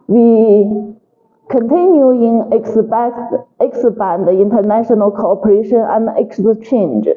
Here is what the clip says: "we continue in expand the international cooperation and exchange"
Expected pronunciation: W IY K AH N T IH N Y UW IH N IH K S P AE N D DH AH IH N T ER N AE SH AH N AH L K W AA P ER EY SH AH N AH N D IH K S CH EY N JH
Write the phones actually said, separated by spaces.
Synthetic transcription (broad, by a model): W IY K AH N T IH N Y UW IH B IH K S B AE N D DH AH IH N T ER N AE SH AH N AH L K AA P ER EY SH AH N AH N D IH K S CH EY N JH